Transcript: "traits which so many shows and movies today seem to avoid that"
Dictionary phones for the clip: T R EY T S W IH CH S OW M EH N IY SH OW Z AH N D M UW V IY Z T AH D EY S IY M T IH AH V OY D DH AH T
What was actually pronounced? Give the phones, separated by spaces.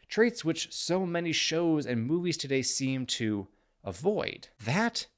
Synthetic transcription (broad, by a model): T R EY T S W IH CH S OW M EH N IY SH OW Z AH N M UW V IY Z T AH D EY S IY M T IH AH V OY D DH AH T